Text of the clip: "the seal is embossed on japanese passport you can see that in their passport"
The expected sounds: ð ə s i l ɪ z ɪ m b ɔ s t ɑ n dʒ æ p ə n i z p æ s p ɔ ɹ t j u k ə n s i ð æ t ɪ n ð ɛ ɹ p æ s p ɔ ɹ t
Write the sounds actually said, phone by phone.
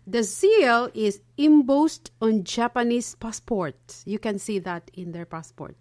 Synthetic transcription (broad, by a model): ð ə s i l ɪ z ɪ m b ɔ s t ɑ n dʒ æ p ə n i s p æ s p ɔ ɹ t j u k ə n s i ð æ t ɪ n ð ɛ ɹ p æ s p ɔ ɹ t